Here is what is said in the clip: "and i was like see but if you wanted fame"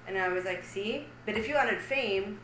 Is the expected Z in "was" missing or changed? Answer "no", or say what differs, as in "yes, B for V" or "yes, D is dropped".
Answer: no